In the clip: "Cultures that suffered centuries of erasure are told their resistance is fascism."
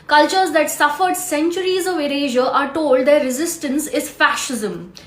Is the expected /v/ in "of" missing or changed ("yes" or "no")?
no